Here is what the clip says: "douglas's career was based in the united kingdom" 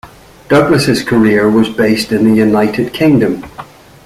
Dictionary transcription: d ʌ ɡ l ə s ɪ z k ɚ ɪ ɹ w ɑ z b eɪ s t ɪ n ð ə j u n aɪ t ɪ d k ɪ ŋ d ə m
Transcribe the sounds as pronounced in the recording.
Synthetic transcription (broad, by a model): d ʌ ɡ l ə s ɪ z k ɚ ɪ ɹ w ɑ z b eɪ s t ɪ n ð ə j u n aɪ t ɪ d k ɪ ŋ d ə m